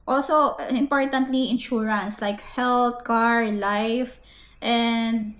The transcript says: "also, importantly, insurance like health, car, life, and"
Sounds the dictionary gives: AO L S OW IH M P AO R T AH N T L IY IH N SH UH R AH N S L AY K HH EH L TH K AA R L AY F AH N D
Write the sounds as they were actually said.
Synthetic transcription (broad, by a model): AO L S OW IH M P AO R T AH N T L IY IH N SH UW R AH N S L AY K HH EH L T K AA R L AY F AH N D